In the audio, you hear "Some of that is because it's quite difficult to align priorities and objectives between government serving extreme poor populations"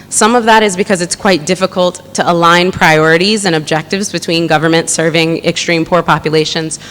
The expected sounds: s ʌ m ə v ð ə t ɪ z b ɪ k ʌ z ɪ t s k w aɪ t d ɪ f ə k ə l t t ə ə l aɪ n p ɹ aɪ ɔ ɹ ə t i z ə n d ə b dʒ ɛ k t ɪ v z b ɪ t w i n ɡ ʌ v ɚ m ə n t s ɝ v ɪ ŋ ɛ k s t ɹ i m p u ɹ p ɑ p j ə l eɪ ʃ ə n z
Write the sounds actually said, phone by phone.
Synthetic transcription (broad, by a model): s ʌ m ə v ð ə t ɪ z b ɪ k ʌ z ɪ t s k w aɪ t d ɪ f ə k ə l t t ə ə l aɪ n p ɹ aɪ ɔ ɹ ə t i z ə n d ə b dʒ ɛ k t ɪ v z b ɪ t w i n ɡ ʌ v ɚ m ə n t s ɝ v ɪ ŋ ɛ k s t ɹ i m p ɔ ɹ p ɑ p j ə l eɪ ʃ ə n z